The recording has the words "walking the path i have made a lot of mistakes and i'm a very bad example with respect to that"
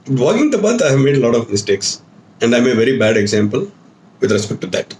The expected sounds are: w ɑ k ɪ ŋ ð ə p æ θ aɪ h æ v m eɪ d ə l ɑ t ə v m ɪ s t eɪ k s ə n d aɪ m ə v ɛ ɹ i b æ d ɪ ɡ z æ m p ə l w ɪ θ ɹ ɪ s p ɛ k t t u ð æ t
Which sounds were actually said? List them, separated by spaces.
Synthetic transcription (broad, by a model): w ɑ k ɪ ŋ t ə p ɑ t aɪ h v m eɪ d ə l ɑ t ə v m ɪ s t eɪ k s ə n d aɪ m ə v ɛ ɹ i b æ d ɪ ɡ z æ m p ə l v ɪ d ɹ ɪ s p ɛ k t t u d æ t